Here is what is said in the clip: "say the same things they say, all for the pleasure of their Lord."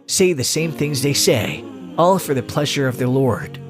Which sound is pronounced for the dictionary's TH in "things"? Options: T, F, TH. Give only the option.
TH